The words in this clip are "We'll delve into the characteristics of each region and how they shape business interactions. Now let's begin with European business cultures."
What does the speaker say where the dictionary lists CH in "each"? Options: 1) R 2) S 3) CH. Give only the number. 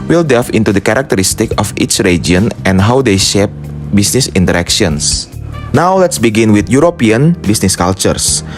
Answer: 3